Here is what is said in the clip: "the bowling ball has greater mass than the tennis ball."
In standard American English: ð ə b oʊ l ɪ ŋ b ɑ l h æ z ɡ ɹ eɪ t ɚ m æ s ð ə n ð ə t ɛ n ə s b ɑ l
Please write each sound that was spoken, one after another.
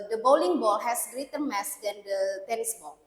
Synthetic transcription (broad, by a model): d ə b oʊ l ɪ ŋ b ɑ l h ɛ s ɡ ɹ eɪ t ɚ m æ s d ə n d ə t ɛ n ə s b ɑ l